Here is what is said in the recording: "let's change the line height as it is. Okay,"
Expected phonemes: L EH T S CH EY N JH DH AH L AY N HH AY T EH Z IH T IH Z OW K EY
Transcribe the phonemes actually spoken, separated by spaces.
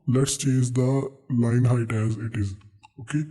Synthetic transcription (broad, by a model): L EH T S CH EY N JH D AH L AY N HH AY T EH Z IH T IH Z OW K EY